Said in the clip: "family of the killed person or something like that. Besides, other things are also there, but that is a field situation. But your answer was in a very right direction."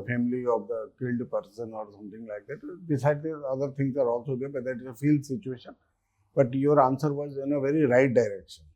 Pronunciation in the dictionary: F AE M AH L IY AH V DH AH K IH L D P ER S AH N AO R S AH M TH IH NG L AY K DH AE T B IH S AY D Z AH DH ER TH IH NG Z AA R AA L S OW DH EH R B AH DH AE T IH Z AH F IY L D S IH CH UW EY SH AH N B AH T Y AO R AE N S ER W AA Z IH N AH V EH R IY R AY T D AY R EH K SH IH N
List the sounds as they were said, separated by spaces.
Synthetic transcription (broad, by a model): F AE M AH L IY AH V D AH K IH L D P ER S AH N AO R S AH M T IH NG L AY K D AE T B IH S AY D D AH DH ER T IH NG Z AA R AA L S OW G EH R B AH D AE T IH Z AH F IY L D S IH CH UW EY SH AH N B AH T Y AO R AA N S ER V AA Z IH N AH V EH R IY R AY T D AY R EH K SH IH N